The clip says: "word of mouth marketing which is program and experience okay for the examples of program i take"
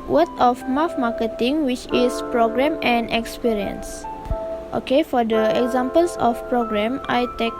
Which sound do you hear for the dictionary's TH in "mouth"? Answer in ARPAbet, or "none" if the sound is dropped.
F